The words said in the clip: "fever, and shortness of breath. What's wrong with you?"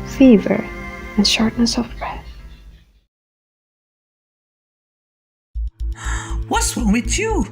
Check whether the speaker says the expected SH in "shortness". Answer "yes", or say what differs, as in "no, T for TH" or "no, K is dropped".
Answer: yes